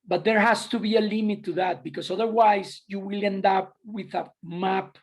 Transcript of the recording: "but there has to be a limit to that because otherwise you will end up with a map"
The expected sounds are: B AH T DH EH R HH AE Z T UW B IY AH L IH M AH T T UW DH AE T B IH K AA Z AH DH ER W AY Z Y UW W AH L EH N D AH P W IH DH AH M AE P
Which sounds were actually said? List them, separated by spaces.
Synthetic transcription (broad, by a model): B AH T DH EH R HH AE S T UW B IY AH L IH M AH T T UW DH AE T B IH K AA S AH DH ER W AY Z Y UW W AH L EH N D AH P W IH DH AH M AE P